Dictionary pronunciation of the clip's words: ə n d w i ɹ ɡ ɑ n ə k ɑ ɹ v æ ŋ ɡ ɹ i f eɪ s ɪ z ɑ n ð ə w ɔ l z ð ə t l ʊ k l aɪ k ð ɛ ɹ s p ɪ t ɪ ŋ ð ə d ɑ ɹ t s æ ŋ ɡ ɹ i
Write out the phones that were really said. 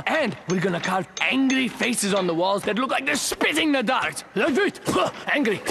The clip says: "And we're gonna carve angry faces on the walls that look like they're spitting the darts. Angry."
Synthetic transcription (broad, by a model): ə n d w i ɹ ɡ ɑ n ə k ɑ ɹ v æ ŋ ɡ ɹ i f eɪ s ɪ z n ð ə w ɔ l z ð ə t l ʊ k l aɪ k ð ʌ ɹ s p ɪ t ɪ ŋ ð ə d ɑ ɹ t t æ ŋ ɡ ɹ i